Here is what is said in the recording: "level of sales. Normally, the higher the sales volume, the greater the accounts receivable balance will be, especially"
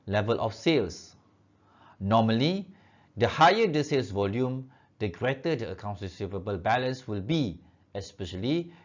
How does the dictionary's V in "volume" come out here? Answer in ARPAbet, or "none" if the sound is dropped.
V